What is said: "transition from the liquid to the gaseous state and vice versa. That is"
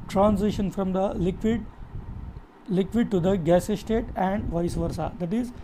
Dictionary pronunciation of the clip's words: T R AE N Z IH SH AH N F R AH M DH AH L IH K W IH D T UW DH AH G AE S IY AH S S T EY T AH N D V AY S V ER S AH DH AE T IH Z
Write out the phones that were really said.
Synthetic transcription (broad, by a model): T R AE N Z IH SH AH N F R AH M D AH L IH K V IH D T UW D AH G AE S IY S S T EY T AH N D V AY S V ER S AH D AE T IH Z